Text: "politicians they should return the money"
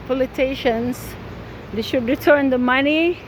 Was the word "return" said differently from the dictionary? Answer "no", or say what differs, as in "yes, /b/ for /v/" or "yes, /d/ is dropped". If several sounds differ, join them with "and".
no